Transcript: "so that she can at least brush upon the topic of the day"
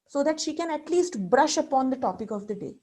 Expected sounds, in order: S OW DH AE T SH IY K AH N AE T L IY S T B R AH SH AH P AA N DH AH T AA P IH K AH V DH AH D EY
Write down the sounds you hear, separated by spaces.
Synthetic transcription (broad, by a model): S OW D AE T SH IY K AH N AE T L IY S T B R AH SH AH P AA N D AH T AA P IH K AH V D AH D EY